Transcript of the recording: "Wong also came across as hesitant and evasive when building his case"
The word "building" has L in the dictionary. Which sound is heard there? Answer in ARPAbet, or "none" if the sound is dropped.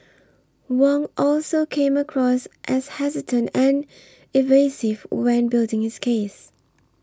L